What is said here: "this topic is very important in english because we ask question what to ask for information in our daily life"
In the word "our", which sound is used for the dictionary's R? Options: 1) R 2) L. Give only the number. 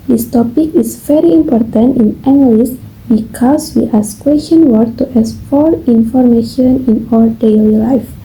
2